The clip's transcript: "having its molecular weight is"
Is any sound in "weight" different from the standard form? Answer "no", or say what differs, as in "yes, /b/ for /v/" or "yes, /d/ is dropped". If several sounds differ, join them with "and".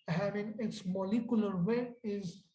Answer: yes, /t/ is dropped